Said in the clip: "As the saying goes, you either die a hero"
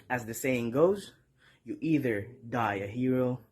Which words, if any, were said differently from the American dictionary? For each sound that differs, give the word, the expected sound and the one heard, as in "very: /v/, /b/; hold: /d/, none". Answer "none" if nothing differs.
none